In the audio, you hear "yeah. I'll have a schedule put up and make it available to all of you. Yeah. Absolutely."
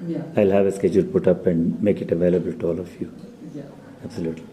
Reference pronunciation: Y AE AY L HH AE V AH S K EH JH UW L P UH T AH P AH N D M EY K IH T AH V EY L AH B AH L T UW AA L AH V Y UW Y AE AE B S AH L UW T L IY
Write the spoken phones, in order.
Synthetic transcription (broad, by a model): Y AY L HH AE V AH S K EH JH UW L P UH T AH P AH N D M EY K IH T AH V EY L AH B AH L T UW AA L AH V Y UW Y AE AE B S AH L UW T L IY